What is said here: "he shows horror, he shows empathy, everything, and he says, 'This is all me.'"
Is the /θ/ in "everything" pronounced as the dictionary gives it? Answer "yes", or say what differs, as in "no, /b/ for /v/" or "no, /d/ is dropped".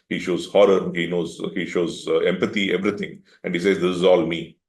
no, /t/ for /θ/